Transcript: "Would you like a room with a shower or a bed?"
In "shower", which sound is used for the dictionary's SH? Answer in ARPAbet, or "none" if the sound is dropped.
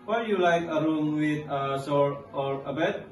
S